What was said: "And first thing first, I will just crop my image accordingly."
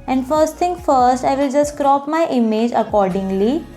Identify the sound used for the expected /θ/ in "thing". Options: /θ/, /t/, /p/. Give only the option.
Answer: /t/